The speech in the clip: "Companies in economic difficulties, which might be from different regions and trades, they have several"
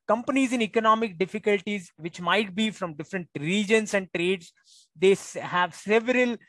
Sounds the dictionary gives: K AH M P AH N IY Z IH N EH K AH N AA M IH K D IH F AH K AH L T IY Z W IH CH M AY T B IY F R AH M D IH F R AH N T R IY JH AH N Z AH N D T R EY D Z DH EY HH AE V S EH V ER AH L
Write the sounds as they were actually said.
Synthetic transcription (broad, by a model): K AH M P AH N IY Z IH N EH K AH N AA M IH K D IH F AH K AH L T IY Z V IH CH M AY T B IY F R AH M D IH F R AH N T R IY JH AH N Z AH N D T R EY D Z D EY HH AE V S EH V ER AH L